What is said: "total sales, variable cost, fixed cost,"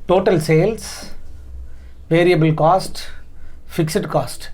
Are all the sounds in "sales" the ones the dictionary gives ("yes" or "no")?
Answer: no